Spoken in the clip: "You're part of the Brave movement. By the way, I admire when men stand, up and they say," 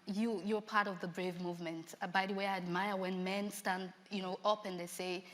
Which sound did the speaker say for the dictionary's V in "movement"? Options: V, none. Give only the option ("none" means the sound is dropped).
V